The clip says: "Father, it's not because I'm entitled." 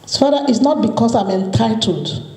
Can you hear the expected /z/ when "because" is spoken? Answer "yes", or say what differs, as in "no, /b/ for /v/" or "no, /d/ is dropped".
no, /s/ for /z/